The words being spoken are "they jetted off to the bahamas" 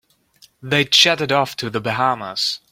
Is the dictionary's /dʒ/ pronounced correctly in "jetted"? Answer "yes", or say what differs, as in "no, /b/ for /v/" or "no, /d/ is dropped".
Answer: no, /tʃ/ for /dʒ/